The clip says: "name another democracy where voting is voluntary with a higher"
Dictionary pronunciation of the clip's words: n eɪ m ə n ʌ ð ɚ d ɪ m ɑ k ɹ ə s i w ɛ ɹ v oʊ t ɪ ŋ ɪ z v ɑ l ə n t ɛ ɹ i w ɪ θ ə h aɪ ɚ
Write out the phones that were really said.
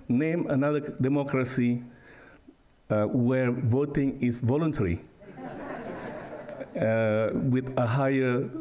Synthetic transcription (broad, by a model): n eɪ m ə n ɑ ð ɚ d ɪ m ɑ k ɹ ə s i w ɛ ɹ v oʊ t ɪ ŋ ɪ s v ɑ l ə n t ɛ ɹ i w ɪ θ ə h aɪ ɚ